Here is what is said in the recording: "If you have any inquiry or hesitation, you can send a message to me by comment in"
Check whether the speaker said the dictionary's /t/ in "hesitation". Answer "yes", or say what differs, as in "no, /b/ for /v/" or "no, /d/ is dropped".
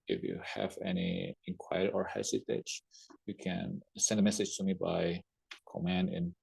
no, /s/ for /t/